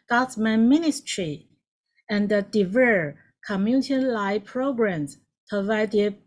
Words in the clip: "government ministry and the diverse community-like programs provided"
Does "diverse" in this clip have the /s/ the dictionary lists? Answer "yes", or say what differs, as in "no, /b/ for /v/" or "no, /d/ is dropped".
no, /s/ is dropped